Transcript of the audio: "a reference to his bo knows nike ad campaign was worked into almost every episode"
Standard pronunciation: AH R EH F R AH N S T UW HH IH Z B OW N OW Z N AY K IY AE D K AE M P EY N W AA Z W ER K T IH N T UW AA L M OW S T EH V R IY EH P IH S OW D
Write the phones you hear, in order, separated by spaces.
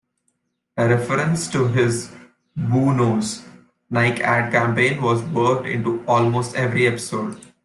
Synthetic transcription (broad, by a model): AH R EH F R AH N S T UW HH IH Z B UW N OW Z N AY K AE D K AE M P EY N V AA Z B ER T IH N T UW AA L M OW S T EH V R IY EH P IH S OW D